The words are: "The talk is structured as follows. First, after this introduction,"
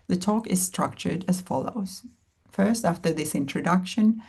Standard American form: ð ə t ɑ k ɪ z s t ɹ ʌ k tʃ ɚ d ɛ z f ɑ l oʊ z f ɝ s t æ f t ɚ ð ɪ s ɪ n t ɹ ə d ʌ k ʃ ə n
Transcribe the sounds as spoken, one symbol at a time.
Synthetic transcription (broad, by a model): ð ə t ɑ k ɪ z s t ɹ ʌ k tʃ ɚ d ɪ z f ɑ l oʊ z f ɝ s t æ f t ɚ ð ɪ s ɪ n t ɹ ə d ʌ k ʃ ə n